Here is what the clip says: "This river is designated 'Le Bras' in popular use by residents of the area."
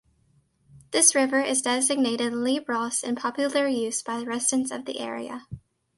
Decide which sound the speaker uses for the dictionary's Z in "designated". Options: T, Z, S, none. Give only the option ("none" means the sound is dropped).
Z